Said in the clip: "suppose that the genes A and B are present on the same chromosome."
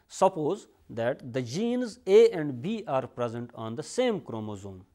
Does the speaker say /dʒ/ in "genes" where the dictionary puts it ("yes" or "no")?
yes